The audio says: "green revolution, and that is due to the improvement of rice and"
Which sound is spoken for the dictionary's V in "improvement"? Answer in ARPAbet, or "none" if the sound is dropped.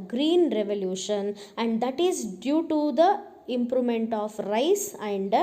none